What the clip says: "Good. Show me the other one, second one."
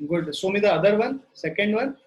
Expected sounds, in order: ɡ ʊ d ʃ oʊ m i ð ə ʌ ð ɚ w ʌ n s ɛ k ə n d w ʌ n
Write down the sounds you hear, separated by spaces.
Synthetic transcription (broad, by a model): ɡ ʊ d s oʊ m i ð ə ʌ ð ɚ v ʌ n s ɛ k ə n d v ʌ n